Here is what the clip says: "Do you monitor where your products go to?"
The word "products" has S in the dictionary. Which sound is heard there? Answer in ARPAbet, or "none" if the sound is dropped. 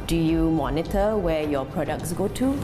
S